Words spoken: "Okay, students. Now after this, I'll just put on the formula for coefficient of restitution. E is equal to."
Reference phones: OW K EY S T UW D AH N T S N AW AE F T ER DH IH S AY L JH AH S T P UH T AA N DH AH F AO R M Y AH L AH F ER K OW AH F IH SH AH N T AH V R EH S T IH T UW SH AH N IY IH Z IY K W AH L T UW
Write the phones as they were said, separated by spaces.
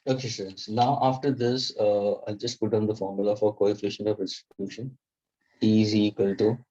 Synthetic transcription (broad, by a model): OW K EY S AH T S N AW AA F T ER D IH S AY L JH AH S T P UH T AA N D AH F AO R M Y AH L AH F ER K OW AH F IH SH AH N AH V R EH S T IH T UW SH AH N IY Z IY K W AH L T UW